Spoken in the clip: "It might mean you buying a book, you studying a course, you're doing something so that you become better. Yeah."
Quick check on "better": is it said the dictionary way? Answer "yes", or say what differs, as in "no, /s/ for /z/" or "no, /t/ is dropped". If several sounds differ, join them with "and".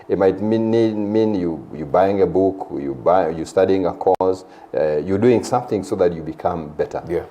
yes